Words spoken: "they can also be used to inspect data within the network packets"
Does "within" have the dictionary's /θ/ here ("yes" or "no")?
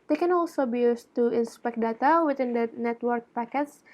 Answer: no